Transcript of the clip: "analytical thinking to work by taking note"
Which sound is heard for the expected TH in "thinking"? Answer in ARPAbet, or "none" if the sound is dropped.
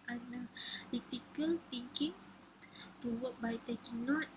T